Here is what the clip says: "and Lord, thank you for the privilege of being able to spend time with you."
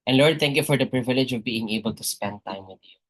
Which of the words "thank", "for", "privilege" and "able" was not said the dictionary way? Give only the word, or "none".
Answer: thank